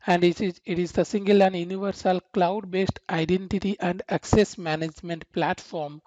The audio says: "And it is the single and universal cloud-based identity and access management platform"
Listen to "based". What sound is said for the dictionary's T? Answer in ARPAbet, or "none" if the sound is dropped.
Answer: T